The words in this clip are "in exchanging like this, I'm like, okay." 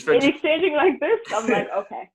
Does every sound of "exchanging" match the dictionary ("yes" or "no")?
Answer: yes